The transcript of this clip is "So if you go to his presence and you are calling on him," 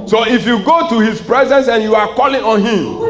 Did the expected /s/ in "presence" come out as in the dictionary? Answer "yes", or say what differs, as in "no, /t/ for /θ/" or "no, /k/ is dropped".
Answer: yes